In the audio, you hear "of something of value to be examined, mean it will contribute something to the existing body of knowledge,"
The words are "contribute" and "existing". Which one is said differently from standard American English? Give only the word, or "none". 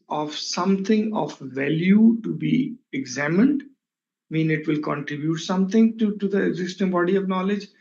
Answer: none